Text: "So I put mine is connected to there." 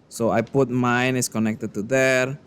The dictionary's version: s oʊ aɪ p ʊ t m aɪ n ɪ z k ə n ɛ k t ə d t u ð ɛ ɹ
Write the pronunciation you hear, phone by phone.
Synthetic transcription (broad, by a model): s oʊ aɪ p ʊ t m aɪ n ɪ s k ə n ɛ k t ə d t u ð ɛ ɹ